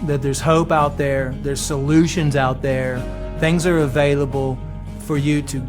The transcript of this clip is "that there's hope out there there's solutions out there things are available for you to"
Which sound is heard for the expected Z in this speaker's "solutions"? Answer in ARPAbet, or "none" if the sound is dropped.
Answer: Z